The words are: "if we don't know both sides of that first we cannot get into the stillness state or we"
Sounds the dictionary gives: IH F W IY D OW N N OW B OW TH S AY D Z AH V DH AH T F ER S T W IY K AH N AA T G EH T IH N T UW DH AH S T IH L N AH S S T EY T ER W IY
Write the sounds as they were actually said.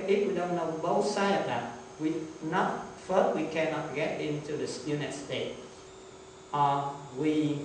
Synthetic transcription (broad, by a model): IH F W IY D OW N N OW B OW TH S AY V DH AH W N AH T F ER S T W IY K AH N AA T G EH T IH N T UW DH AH S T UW N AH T S T EY T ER W IY